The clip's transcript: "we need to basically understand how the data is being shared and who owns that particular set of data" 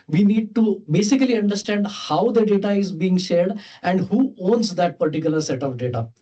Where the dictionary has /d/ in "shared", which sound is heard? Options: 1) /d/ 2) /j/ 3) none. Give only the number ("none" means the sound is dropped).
1